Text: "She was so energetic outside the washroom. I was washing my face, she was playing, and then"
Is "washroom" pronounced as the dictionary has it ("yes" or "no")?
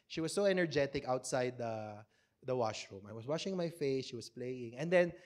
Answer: yes